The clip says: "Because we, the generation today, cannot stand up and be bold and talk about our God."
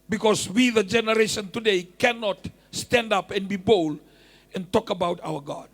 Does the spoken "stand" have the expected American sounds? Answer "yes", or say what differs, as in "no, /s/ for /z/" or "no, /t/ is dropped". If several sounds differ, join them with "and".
yes